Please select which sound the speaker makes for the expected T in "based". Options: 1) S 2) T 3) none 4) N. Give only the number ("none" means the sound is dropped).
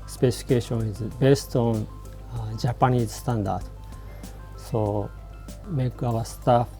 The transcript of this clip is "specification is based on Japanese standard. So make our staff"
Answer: 2